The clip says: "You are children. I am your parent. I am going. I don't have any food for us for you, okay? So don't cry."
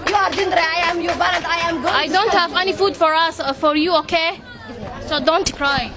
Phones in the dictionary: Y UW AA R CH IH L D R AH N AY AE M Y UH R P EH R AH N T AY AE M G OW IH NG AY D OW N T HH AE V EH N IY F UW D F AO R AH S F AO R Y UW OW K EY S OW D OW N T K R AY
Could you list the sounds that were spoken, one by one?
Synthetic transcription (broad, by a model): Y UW AA R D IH N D R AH AY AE M Y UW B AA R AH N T AY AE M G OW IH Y D OW N T HH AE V EH N IY F UW D F AO R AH S F AO R Y UW OW K EY S OW D OW N T K R AY